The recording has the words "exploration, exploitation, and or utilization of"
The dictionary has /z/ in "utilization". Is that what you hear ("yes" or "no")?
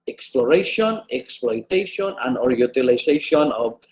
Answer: no